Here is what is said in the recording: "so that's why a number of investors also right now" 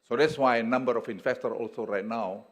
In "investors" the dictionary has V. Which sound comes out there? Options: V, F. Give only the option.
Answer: F